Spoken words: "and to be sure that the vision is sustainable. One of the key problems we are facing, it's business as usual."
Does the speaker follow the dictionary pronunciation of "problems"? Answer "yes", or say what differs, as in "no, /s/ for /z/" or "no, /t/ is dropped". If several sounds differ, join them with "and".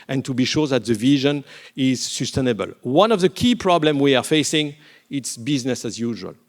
no, /z/ is dropped